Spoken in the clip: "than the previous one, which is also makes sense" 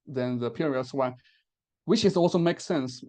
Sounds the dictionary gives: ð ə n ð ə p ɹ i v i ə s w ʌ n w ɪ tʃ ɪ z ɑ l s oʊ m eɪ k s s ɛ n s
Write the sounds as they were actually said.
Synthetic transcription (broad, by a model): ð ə n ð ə p i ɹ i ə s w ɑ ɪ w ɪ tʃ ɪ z ɑ l s oʊ m eɪ k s s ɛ n s